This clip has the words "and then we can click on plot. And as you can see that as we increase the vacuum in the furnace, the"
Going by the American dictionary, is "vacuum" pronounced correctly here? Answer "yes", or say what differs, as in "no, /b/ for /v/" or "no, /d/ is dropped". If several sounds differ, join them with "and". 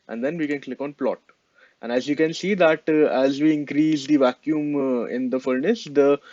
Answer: yes